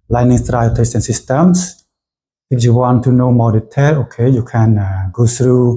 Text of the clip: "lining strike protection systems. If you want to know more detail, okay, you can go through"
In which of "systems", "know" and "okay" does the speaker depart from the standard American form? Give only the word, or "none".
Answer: systems